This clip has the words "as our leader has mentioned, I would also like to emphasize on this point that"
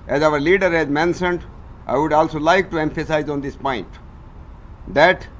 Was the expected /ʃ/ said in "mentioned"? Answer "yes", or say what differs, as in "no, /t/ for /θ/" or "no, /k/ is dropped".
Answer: no, /s/ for /ʃ/